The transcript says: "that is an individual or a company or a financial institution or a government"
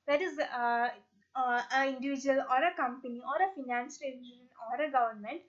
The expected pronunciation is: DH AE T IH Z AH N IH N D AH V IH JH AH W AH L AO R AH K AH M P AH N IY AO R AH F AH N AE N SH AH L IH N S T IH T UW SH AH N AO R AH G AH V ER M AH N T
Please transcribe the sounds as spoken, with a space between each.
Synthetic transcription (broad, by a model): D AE T IH Z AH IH N D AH V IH JH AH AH L AO R AH K AH M P AH N IY AO R AH F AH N N AH N S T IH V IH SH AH N AO R AH G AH V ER M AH N T